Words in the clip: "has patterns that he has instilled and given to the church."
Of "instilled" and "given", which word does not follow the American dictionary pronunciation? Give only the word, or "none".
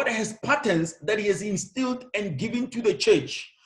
none